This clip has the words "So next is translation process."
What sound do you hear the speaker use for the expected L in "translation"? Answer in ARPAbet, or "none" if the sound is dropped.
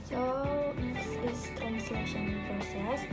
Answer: L